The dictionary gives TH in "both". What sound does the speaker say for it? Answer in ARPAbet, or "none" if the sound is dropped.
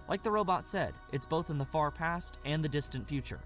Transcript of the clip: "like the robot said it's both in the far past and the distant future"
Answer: TH